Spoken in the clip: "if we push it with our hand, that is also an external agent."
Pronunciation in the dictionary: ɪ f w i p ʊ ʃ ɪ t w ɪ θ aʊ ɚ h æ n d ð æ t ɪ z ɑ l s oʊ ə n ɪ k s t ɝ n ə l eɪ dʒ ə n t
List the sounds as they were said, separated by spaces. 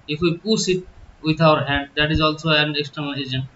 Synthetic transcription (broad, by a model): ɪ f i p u s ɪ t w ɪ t aʊ ɚ h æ n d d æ t ɪ z ɑ l s oʊ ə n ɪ k s t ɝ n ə l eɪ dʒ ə n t